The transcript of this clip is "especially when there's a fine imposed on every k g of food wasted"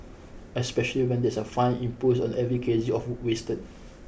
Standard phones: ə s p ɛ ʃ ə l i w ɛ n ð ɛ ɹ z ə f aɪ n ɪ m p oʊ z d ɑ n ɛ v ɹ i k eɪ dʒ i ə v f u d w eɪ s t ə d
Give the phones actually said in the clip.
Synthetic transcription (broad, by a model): ə s p ɛ ʃ ə l i w ɛ n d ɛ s ə f aɪ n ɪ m p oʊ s ɑ n ɛ v ɹ i k eɪ z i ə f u w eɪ s t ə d